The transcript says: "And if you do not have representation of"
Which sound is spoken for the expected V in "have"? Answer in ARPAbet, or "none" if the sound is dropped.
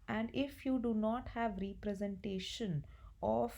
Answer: V